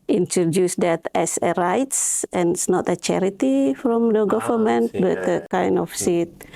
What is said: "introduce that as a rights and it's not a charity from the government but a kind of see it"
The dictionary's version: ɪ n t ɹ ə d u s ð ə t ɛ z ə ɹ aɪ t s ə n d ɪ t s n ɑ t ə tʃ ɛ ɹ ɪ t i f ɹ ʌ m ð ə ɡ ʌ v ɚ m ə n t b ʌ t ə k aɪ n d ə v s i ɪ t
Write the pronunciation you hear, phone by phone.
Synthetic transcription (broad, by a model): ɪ n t ɹ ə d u s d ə t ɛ s ə ɹ aɪ t s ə n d ɪ t s n ɑ t ə tʃ ɛ ɹ ɪ t i f ɹ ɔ m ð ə ɡ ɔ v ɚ m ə n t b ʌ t ə k aɪ n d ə f s i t